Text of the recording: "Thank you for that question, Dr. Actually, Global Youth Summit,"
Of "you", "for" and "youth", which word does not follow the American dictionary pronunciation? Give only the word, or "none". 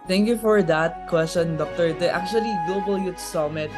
youth